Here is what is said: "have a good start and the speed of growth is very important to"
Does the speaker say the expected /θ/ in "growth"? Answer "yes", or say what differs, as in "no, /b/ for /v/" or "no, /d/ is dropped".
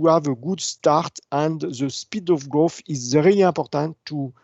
no, /f/ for /θ/